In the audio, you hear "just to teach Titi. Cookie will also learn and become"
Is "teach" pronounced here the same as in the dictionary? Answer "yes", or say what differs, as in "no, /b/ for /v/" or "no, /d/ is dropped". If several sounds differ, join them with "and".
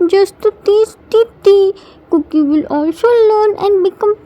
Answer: no, /s/ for /tʃ/